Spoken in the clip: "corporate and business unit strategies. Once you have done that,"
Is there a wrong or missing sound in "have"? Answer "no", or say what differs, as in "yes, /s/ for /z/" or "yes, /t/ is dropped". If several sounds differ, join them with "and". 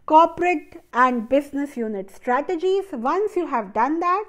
no